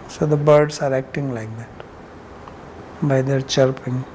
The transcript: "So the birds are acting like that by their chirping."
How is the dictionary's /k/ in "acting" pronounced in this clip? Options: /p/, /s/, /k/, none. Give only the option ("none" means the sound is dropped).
/k/